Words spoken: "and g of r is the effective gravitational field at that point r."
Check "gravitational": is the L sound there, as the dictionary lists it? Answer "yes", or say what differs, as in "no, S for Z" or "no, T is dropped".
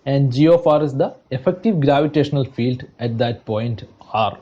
yes